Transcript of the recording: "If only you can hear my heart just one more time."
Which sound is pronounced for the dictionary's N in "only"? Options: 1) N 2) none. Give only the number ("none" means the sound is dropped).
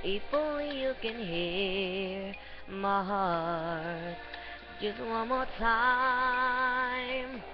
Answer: 2